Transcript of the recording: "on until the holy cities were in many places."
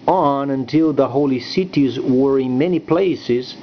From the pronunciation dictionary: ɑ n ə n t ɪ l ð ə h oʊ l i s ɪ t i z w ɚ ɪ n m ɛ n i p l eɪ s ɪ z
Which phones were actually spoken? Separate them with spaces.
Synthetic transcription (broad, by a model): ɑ n ə n t ɪ l ð ə h oʊ l i s ɪ t i z w ɚ ɪ n m ɛ n i p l eɪ s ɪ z